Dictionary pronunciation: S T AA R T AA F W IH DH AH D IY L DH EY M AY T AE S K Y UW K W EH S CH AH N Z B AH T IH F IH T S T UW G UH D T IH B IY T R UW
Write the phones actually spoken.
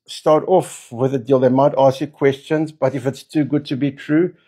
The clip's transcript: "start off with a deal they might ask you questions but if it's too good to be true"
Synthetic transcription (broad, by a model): S T AA R T AA F W IH DH AH D IY L DH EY M AY T AE S K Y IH K W EH S CH AH N Z B AH T IH F IH T S T UW G UH D T IH B IY T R UW